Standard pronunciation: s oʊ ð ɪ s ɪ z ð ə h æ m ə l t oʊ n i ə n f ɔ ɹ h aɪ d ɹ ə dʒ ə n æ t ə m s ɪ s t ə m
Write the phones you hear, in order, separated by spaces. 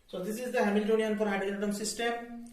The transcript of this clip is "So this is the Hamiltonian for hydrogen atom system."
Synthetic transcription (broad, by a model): s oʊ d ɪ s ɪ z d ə h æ m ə l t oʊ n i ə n p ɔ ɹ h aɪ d ə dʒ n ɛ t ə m s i s t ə m